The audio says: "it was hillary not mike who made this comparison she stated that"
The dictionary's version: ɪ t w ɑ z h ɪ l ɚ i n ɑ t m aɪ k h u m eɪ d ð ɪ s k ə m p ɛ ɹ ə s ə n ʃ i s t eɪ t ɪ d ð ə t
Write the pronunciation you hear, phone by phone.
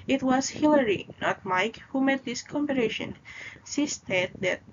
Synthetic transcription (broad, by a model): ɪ t w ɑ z h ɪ l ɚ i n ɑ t m aɪ k h u m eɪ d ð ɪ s k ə m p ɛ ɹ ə ʃ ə n s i s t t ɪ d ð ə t